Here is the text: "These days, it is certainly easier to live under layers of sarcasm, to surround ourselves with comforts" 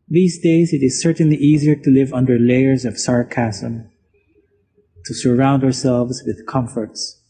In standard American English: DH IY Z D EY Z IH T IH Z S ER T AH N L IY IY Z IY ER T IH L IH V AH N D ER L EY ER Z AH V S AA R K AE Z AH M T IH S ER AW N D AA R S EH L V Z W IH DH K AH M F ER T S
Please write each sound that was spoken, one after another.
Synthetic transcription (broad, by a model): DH IY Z D EY Z IH T IH Z S ER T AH N L IY IY Z IY ER T IH L IH V AH N D ER L EY ER Z AH V S AA R K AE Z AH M T IH S ER AW N D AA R S EH L V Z W IH DH K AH M F ER T S